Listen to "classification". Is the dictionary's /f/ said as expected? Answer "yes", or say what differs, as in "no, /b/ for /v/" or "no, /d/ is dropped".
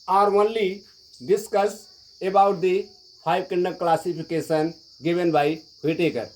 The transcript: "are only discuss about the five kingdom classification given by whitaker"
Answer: no, /p/ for /f/